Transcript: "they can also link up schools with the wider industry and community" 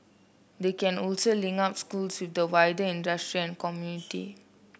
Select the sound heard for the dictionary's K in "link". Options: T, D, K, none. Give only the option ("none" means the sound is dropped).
none